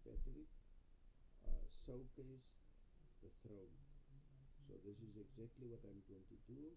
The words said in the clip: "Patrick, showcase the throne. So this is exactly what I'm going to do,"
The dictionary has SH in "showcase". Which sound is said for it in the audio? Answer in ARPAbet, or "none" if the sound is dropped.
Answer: S